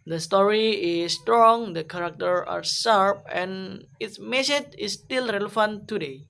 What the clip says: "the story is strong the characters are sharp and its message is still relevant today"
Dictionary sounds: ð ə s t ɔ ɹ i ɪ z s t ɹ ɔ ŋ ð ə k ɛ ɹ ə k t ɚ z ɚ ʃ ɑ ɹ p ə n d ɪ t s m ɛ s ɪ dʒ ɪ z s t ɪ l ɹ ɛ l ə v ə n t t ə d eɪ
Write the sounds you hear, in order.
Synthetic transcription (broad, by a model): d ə s t ɔ ɹ i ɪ s t ɹ ɔ ŋ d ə k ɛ ɹ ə k t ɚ ɑ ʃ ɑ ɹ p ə n ɪ t s m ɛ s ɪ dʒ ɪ s t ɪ l ɹ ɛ l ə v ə n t t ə d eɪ